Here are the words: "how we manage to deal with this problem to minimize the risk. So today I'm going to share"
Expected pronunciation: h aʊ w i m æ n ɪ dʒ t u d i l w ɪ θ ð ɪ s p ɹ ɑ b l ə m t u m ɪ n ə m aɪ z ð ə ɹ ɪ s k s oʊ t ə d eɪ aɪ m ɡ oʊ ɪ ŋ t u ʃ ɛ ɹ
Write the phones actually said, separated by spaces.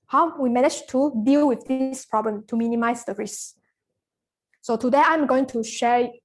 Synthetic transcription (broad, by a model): h aʊ w i m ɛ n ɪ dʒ t u d i l w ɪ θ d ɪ s p ɹ ɑ b l ə m t u m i n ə m aɪ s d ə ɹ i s s oʊ t ə d eɪ aɪ m ɡ oʊ ɪ ŋ t u ʃ ɛ